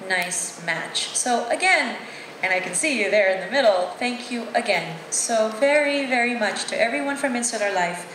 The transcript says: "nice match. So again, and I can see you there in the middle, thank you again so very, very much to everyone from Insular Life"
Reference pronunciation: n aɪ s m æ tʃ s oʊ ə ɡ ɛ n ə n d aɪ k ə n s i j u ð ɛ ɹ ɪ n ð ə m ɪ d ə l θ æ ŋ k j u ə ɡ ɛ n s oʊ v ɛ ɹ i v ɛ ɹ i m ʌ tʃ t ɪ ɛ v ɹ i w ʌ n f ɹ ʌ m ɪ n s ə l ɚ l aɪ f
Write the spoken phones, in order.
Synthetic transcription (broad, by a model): n aɪ s m æ tʃ s oʊ ə ɡ ɛ n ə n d aɪ k ə n s i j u ð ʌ ɹ ɪ n ð ə m ɪ d l θ æ ŋ k j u ə ɡ ɛ n s oʊ v ɛ ɹ i v ɛ ɹ i m ʌ tʃ t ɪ ɛ v ɹ i w ʌ n f ɹ ʌ m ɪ n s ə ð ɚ l aɪ f